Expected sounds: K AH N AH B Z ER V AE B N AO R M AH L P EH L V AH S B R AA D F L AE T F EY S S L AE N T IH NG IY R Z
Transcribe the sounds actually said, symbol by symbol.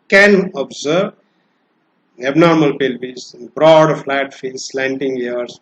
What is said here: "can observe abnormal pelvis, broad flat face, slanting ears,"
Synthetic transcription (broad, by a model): K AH N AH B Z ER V AE B N AO R M AH L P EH L B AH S B R AA D F L AE T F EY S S L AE N T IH NG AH R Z